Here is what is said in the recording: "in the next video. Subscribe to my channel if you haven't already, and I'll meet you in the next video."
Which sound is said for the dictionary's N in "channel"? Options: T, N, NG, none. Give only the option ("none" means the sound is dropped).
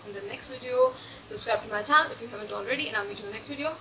none